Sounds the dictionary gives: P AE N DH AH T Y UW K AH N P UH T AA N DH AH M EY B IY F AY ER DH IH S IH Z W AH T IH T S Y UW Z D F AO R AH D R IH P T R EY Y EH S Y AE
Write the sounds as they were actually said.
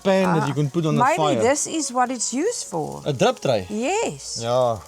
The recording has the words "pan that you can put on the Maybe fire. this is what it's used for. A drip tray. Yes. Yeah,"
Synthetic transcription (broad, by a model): P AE N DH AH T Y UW K AH N P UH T AA N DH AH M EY IY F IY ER DH IH S IH Z W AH T IH T S Y UW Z F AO L AH D R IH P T R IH Y EH S Y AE